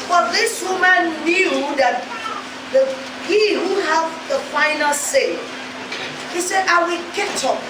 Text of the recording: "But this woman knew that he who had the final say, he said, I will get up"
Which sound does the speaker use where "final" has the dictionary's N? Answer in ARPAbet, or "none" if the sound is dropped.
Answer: N